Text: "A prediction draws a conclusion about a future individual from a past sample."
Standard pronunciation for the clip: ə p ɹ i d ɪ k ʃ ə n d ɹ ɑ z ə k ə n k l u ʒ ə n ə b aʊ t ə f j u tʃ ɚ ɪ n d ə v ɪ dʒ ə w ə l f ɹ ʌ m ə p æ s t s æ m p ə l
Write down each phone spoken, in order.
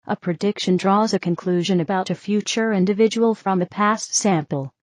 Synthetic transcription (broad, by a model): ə p ɹ i d ɪ k ʃ ə n d ɹ ɑ z ə k ə n k l u ʒ ə n ə b aʊ t ə f j u tʃ ɚ ɪ n d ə v ɪ dʒ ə w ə l f ɹ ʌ m ə p æ s t s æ m p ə l